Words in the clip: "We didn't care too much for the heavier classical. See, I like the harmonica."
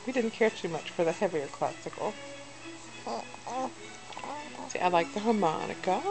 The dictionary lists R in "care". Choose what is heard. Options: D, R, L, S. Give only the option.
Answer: R